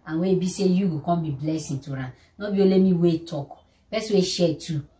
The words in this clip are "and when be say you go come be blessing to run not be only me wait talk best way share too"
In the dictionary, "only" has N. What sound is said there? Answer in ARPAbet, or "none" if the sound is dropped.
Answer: none